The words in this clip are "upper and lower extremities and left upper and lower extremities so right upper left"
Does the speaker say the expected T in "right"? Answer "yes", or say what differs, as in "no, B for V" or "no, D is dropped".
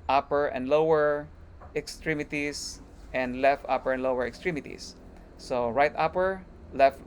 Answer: yes